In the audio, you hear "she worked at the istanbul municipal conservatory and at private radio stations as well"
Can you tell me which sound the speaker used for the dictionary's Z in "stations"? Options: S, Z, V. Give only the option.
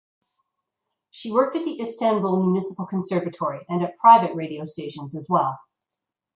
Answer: Z